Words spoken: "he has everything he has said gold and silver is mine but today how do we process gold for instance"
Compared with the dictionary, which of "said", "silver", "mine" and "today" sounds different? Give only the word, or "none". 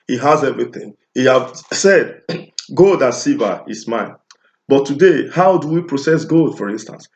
silver